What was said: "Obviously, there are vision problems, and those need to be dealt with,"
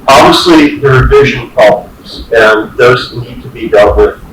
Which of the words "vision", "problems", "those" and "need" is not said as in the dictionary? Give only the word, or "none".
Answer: none